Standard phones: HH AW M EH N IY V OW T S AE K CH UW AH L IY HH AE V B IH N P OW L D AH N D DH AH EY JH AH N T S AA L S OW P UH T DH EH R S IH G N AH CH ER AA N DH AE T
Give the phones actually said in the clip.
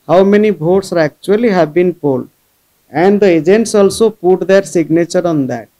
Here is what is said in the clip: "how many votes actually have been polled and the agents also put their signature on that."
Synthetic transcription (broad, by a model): HH AW M EH N IY B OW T S AE K CH UW AH L IY HH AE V B IH N P OW L D AH N D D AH EY JH AH N T S AA L S OW P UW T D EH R S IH G N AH CH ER AA N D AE T